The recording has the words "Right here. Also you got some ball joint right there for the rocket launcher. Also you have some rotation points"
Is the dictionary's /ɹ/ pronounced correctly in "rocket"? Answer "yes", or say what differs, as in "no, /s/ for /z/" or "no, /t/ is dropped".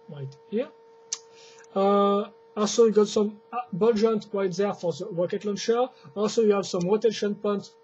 no, /w/ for /ɹ/